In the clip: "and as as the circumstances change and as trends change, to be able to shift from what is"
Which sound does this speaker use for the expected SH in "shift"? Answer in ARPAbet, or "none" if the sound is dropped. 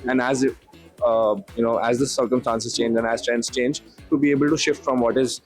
SH